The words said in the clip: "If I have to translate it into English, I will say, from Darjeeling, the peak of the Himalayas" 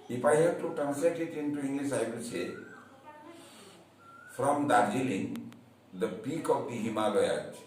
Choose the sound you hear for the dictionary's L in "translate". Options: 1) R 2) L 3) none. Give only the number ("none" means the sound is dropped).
3